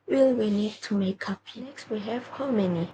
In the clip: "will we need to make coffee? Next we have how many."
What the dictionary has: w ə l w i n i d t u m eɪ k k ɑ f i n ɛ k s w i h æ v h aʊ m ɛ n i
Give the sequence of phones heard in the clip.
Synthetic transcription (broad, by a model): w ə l w i n i d t u m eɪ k k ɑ p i n ɛ k s w i h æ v h aʊ m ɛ n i